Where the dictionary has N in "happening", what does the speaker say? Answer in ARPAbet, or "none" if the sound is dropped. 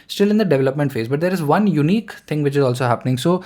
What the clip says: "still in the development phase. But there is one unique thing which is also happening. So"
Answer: N